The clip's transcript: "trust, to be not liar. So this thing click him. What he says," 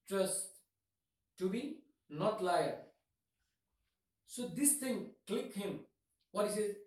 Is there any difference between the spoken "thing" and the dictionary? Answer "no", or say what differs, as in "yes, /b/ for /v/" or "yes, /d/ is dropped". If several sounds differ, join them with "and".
yes, /t/ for /θ/